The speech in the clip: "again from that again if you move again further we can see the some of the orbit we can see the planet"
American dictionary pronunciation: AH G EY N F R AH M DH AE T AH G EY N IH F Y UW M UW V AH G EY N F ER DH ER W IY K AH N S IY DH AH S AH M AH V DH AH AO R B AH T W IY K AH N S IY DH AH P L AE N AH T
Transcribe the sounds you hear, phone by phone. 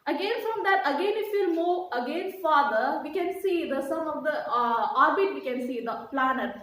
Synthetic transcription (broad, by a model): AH G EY N F R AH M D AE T AH G EY N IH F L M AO AH G EY N F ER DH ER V IY K AH N S IY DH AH S AH M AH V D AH AO R B AH T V IY K AH N S IY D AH P L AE N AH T